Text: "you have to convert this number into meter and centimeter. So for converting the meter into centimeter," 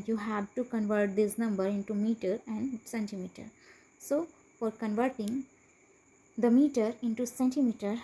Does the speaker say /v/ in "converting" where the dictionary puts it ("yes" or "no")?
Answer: yes